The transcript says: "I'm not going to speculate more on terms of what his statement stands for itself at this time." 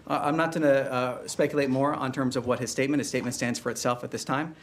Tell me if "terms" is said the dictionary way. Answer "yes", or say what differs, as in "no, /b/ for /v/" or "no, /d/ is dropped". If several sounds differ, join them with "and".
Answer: yes